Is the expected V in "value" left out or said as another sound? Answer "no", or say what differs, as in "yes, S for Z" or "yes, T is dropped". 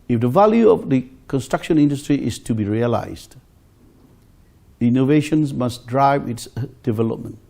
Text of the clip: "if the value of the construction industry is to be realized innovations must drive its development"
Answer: no